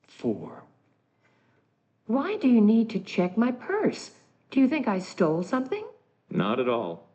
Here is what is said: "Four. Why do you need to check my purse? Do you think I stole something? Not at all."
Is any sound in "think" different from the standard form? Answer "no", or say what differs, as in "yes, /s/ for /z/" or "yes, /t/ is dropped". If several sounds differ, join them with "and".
no